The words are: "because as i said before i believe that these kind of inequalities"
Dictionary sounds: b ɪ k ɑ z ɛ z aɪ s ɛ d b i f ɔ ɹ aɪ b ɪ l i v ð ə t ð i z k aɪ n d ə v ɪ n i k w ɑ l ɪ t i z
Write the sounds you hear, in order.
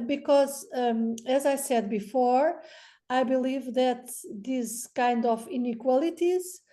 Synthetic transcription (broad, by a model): b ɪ k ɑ z ɛ z aɪ s ɛ d b i f ɔ ɹ aɪ b ɪ l i v ð ə t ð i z k aɪ n d ə v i n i k w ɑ l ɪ t i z